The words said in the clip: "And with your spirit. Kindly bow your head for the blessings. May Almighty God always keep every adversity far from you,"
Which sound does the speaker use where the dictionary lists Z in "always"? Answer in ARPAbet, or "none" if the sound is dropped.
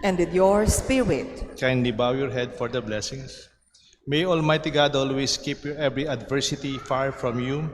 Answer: S